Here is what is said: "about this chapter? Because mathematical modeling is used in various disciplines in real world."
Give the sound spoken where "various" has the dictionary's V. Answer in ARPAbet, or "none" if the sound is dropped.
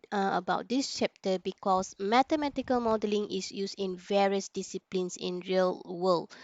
V